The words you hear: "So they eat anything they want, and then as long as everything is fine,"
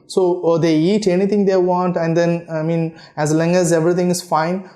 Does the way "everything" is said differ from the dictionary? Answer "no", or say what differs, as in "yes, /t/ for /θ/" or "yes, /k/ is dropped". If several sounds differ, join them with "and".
yes, /t/ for /θ/